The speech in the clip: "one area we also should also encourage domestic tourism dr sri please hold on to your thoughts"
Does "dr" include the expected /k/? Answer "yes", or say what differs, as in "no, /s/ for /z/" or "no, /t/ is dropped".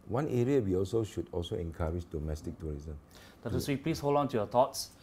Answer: no, /k/ is dropped